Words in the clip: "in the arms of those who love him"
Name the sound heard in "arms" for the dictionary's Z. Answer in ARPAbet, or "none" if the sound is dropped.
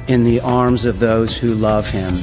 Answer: Z